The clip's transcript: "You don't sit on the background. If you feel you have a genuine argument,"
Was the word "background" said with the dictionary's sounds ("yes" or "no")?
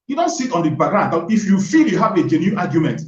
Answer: no